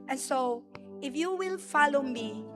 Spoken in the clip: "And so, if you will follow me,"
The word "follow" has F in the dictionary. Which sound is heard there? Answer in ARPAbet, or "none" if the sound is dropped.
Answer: F